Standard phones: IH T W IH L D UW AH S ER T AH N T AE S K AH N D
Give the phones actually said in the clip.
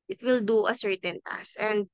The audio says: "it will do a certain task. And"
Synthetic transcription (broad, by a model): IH T W IH L D UW AH S ER T AH N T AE S AH N D